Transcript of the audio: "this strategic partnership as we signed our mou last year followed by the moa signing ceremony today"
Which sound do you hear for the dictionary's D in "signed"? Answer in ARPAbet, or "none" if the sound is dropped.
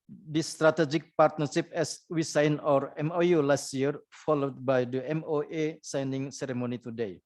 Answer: none